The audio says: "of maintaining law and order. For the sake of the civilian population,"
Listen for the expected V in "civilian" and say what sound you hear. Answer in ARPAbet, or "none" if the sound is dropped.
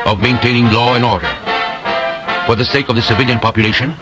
V